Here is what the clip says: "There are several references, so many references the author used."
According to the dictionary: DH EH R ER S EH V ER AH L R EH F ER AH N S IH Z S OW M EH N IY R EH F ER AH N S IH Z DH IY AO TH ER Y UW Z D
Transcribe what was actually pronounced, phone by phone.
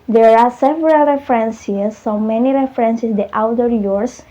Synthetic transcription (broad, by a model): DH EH R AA S EH V ER AH L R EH F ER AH N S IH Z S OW M EH N IY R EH F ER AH N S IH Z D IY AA T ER Y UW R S